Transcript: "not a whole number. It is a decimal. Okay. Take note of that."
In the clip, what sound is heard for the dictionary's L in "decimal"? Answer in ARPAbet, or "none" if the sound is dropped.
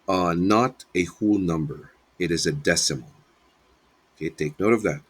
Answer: N